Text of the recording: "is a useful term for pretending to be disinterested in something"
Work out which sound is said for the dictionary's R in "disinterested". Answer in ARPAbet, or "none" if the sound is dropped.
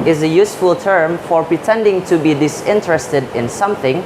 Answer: R